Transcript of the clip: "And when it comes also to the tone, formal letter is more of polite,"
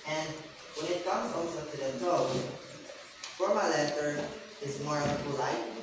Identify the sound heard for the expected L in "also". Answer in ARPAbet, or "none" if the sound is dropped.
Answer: N